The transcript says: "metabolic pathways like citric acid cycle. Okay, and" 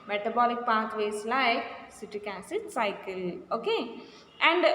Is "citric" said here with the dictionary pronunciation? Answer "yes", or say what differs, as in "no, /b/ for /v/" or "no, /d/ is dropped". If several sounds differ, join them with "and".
no, /ɹ/ is dropped